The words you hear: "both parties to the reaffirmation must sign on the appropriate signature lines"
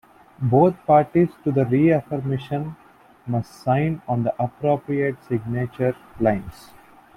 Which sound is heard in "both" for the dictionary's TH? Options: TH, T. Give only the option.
T